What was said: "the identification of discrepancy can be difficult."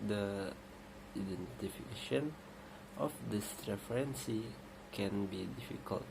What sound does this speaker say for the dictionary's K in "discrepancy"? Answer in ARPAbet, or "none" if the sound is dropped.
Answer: none